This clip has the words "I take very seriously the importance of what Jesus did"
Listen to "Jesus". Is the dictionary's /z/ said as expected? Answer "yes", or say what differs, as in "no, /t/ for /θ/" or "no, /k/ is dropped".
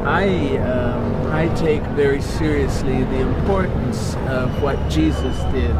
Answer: yes